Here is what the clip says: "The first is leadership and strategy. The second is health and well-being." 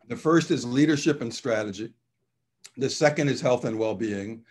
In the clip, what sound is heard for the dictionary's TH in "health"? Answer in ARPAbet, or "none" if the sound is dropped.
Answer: TH